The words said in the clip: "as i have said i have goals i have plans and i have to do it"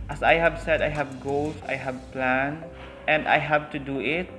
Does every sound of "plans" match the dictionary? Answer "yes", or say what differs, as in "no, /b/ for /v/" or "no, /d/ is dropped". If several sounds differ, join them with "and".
no, /z/ is dropped